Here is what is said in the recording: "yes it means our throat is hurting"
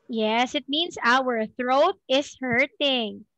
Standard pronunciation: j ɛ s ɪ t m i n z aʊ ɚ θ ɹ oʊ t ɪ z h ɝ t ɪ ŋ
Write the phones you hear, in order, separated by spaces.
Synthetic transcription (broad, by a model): j ɛ s ɪ t m i n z aʊ ɚ θ ɹ oʊ t ɪ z h ɝ t ɪ ŋ